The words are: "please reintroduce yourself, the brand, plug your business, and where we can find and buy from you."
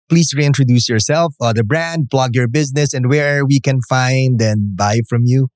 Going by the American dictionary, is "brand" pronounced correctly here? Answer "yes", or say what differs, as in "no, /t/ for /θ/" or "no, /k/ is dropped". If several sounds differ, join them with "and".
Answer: yes